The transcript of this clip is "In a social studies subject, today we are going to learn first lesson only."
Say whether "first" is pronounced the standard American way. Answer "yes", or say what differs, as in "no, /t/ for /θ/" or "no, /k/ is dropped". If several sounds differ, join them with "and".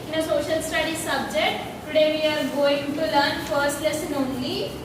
yes